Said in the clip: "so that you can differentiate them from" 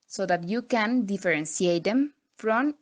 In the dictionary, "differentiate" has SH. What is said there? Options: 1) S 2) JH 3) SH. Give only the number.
1